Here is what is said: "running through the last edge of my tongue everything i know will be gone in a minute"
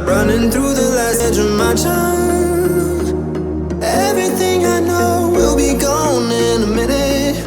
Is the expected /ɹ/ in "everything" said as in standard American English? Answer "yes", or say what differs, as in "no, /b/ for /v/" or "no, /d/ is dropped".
yes